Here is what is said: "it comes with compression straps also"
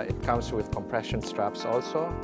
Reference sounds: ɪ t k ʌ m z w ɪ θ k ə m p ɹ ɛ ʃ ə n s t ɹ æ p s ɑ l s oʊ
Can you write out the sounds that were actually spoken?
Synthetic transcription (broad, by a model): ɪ t k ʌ m s w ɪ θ k ə m p ɹ ɛ ʃ ə n s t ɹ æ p s ɑ l s oʊ